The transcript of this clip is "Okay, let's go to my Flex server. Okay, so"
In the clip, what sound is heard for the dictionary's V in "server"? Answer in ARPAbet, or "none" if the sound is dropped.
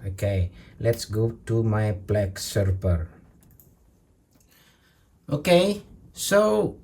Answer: P